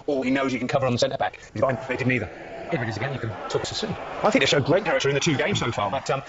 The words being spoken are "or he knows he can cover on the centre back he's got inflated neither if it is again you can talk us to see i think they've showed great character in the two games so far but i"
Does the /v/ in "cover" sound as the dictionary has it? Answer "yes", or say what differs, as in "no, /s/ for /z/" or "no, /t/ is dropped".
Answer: yes